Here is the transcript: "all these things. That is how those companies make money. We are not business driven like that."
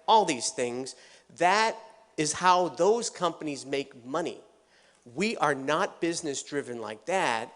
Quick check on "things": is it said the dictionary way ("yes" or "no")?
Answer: yes